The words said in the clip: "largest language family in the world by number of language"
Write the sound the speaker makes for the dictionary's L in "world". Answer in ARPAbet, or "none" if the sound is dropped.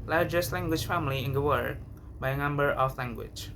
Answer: none